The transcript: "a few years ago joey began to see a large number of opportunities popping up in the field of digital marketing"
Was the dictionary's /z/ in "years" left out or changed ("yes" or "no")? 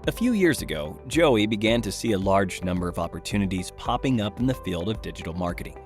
no